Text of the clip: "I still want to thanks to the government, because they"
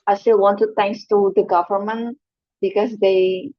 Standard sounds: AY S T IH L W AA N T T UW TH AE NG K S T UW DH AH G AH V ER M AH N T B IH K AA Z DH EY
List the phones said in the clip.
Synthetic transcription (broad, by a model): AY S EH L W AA N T T UW T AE NG K S T UW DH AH G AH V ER M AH N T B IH K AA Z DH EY